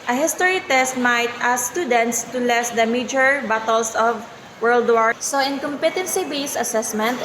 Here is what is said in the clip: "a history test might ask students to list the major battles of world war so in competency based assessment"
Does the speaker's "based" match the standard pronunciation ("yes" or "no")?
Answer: no